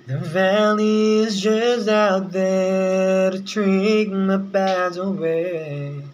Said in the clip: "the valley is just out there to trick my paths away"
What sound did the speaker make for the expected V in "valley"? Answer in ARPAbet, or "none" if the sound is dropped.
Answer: V